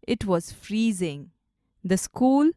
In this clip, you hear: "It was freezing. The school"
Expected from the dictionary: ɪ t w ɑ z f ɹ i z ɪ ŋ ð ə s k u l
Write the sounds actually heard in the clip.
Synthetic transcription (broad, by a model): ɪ t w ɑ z f ɹ i z ɪ ŋ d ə s k u l